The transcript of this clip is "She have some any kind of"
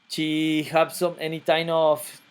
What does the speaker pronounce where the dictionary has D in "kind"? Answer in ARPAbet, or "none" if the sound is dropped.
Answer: none